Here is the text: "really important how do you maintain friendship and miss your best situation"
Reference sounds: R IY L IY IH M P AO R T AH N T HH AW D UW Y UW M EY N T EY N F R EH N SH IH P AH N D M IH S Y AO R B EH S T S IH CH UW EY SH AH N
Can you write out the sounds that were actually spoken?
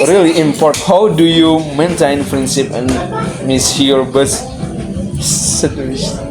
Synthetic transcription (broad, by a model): R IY L IY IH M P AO R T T HH AW D UW Y UW M EY N T EY N P R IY N S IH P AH N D M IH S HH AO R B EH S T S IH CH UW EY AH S